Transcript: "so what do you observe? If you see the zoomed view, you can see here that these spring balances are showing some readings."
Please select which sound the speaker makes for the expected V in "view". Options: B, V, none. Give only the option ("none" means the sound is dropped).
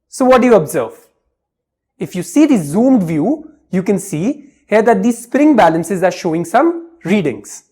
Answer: V